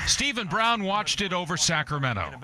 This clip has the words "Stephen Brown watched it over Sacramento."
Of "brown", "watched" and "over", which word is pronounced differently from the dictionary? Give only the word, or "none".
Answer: none